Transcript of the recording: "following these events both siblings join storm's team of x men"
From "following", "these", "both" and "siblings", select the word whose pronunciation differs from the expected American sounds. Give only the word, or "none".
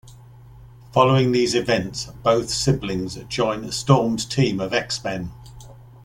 none